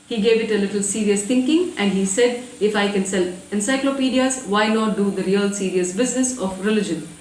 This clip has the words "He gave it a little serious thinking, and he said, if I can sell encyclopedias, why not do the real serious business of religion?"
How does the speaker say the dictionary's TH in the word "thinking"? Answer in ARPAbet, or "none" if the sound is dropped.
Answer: T